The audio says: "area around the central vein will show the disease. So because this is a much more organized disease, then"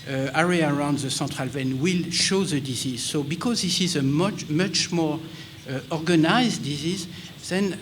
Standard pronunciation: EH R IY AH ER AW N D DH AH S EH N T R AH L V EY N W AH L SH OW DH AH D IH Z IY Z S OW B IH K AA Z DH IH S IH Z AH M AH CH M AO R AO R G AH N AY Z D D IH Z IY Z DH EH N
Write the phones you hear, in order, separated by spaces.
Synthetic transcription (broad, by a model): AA R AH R AW N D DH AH S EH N T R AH L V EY N W AH L SH OW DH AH D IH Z IY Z S OW B IH K AA Z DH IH S IH Z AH M AH CH M AO R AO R G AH N AY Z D D IH Z IY Z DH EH N